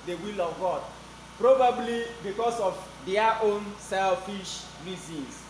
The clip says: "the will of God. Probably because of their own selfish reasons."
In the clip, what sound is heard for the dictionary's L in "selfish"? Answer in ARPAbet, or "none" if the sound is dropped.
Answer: L